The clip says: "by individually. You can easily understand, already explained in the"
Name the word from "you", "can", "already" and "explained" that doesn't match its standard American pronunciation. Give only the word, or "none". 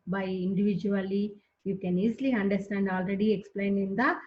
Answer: explained